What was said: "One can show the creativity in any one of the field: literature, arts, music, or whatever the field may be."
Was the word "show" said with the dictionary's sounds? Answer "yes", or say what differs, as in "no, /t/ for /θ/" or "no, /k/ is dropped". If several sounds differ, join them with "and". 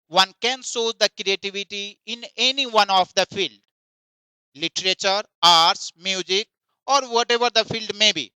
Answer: no, /s/ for /ʃ/